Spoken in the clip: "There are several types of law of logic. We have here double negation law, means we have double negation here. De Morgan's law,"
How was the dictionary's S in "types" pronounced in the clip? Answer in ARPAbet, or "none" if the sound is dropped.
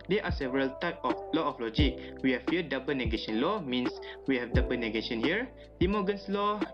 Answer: none